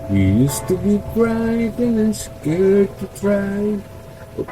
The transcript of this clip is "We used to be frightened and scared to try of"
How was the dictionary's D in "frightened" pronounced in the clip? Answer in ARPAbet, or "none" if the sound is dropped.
none